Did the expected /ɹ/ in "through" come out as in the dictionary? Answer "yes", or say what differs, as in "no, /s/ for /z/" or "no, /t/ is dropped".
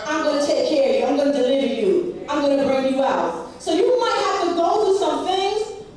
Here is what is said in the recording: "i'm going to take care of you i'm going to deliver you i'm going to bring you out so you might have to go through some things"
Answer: no, /ɹ/ is dropped